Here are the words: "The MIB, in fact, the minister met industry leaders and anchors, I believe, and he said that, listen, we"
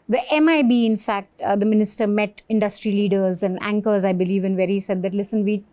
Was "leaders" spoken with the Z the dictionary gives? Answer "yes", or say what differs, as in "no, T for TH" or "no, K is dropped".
yes